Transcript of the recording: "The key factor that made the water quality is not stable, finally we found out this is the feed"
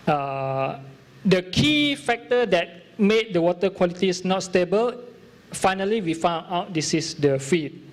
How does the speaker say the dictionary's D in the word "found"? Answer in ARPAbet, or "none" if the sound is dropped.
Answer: none